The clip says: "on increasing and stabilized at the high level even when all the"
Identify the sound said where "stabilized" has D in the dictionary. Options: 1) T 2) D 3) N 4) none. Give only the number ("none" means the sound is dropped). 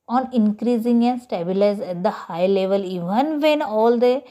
4